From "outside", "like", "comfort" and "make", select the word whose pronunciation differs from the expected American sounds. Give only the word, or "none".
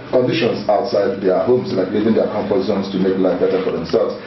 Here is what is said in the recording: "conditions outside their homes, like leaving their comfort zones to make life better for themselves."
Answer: comfort